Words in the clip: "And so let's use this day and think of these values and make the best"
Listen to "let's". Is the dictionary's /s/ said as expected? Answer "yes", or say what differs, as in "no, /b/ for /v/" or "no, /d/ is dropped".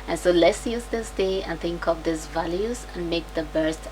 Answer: yes